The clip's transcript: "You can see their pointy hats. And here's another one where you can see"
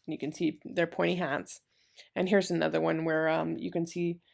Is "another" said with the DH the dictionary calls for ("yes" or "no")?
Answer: yes